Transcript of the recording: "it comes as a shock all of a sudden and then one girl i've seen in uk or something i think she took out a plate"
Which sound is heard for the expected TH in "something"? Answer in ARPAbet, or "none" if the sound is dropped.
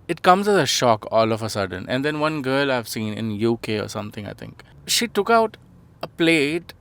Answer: T